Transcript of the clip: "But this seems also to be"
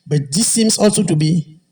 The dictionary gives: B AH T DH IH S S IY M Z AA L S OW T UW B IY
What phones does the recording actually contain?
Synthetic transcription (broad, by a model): B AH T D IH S S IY M S AA L S OW T UW B IY